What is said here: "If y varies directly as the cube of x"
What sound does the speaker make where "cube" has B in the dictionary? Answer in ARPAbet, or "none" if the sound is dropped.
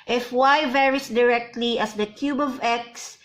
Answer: B